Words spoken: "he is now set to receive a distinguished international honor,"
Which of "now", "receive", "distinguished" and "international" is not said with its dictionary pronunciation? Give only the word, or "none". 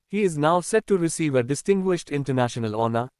none